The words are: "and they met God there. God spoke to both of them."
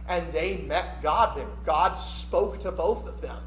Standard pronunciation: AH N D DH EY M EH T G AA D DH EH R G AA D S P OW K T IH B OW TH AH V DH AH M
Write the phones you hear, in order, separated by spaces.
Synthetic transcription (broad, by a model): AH N DH EY M EH T G AA D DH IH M G AA D S P OW K T IH B OW TH AH V DH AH M